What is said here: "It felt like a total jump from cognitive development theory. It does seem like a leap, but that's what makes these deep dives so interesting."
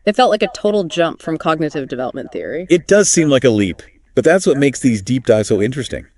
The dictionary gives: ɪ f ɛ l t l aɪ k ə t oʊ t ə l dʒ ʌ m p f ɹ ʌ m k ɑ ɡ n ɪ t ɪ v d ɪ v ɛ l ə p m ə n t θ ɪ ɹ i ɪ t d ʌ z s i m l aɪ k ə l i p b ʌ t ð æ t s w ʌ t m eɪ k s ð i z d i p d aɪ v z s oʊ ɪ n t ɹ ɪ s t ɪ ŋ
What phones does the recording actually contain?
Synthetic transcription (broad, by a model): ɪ f ɛ l t l aɪ k ə t oʊ t l dʒ ʌ m p f ɹ ʌ m k ɑ ɡ n ɪ t ɪ v d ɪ v ɛ l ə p m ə n θ ɪ ɹ i ɪ t d ʌ z s i m l aɪ k ə l i p b ʌ t ð æ t s w ʌ t m eɪ k s ð i z d i p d aɪ z s oʊ ɪ n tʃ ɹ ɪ s t ɪ ŋ